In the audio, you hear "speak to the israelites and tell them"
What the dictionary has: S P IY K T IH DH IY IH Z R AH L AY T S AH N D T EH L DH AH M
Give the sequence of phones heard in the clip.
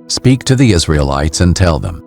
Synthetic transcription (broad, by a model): S P IY K T IH DH IY IH Z R AH L AY T S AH N T EH L DH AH M